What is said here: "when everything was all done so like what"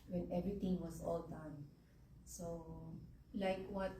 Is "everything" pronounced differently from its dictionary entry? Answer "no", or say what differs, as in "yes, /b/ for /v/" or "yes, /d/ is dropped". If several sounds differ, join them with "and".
yes, /t/ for /θ/